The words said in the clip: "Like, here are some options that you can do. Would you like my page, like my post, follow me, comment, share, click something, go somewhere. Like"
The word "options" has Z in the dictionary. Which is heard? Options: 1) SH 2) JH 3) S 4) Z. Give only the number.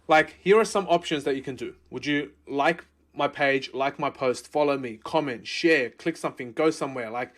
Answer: 4